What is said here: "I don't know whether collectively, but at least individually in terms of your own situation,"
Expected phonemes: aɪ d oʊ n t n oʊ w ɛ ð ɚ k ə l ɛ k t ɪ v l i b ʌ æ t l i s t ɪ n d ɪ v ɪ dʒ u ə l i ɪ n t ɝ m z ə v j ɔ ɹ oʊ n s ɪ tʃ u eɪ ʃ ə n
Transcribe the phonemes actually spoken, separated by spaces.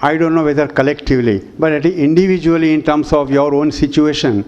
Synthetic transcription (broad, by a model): aɪ d oʊ n t n oʊ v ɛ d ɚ k ə l ɛ k t ɪ v l i b ʌ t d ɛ t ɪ n d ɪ v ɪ dʒ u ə l i ɪ n t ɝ m s ə v j ɔ ɹ oʊ n s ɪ tʃ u eɪ ʃ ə n